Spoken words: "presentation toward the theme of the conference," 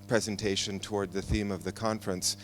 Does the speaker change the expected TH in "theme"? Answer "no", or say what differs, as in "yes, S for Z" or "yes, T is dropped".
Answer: no